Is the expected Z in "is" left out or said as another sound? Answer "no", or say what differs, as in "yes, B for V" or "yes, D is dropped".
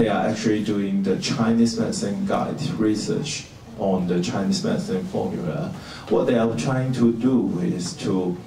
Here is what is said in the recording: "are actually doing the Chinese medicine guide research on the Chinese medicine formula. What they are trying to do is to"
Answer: yes, S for Z